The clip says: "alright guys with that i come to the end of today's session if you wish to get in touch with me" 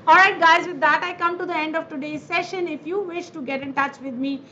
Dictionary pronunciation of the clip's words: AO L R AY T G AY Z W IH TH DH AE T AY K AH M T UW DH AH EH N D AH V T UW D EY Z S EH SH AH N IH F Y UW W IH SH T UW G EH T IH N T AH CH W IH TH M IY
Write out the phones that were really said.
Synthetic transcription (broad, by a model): AO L R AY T G AY Z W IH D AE T AY K AH M T UW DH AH EH N D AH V T UW D EY Z S EH SH AH N IH F Y UW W IH SH T UW G EH T IH N T AH CH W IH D M IY